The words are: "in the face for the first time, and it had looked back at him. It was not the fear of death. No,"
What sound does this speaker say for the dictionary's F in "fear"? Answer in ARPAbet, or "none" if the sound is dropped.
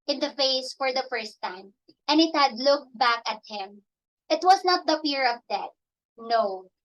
P